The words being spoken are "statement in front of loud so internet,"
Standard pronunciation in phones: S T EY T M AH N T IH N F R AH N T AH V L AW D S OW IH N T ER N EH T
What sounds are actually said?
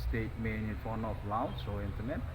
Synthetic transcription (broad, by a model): S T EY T M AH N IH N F AO N AH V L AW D S OW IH N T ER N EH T